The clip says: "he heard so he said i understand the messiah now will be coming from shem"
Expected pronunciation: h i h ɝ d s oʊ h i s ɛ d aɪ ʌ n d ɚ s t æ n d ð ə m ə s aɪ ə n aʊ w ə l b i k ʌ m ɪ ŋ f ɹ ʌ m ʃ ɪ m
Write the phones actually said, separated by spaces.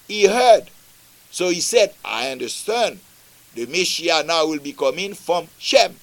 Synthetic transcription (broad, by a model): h i h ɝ d s oʊ h i s ɛ d aɪ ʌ n d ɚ s t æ n d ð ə m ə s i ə n aʊ w ə l b i k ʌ m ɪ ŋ f ɹ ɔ m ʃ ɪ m